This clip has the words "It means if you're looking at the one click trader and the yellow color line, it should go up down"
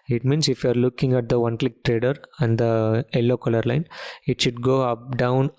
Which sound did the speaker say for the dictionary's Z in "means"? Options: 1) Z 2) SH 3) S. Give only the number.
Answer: 3